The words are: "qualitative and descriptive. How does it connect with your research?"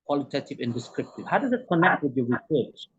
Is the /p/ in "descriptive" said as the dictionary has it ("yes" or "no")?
yes